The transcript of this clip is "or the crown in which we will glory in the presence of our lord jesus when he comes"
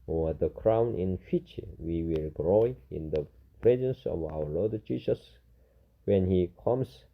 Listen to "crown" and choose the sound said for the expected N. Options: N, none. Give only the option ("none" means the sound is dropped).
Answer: N